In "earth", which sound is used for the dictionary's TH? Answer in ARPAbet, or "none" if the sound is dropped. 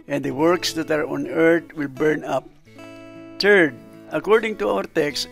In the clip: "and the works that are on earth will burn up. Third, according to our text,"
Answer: T